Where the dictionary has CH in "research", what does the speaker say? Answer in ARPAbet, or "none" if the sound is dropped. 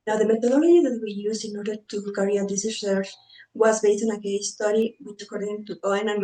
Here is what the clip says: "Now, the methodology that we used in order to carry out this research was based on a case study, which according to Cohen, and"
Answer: S